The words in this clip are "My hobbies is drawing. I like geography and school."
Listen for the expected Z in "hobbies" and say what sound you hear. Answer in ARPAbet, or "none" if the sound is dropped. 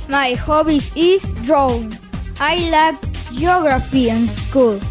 S